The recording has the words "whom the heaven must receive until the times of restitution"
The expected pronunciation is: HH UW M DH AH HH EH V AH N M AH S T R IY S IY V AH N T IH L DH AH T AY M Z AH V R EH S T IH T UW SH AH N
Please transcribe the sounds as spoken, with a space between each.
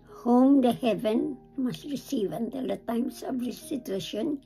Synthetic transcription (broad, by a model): HH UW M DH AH HH EH V AH N M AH S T R IY S IY V AH N T IH L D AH T AY M S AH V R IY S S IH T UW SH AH N